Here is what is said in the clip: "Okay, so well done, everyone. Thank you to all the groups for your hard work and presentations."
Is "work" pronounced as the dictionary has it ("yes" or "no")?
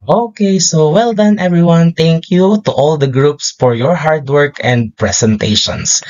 yes